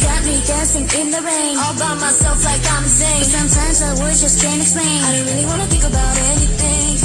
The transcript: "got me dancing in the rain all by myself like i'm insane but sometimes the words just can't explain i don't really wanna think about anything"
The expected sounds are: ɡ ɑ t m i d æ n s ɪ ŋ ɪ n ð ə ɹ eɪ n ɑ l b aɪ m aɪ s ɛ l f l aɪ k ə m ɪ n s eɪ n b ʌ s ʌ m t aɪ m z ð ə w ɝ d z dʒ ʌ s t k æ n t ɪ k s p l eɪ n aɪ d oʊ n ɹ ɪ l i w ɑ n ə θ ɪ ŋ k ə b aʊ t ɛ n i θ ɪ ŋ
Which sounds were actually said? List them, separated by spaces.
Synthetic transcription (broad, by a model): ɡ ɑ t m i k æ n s ɪ ŋ ɪ n ð ə ɹ eɪ n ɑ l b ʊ m aɪ s ɛ l f l aɪ k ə ɪ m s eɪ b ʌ s ʌ m t aɪ m z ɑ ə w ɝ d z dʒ ʌ s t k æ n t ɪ k s p l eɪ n aɪ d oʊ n ɹ ɪ l i w ɑ n ə θ ɪ ŋ k ə b aʊ t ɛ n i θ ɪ ŋ